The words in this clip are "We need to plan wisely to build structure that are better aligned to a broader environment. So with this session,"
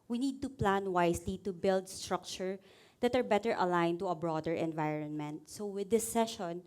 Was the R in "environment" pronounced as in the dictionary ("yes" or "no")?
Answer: yes